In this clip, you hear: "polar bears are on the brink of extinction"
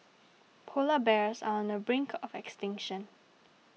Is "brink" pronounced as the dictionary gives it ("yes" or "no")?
yes